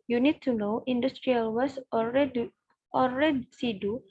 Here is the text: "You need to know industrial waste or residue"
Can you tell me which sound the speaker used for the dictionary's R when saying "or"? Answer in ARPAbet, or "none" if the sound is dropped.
L